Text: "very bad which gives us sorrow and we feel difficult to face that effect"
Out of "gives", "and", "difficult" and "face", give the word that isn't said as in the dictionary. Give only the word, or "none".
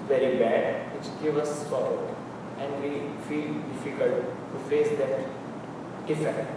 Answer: gives